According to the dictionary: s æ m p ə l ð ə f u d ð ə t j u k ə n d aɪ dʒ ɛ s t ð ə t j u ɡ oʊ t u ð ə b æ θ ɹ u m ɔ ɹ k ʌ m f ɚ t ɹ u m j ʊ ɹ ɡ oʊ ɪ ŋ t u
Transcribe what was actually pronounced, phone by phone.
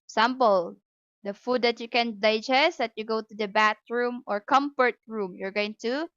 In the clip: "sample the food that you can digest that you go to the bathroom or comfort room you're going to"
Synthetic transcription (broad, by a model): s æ m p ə l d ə f u d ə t j u k ə n d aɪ dʒ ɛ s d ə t j u ɡ oʊ t u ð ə b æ t ɹ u m ɔ ɹ k ʌ m f ɚ t ɹ u m j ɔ ɹ ɡ oʊ ɪ ŋ t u